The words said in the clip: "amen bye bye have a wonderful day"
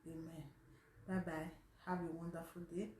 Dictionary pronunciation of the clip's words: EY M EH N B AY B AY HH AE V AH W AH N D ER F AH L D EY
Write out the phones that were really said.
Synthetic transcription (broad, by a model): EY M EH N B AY B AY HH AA B AH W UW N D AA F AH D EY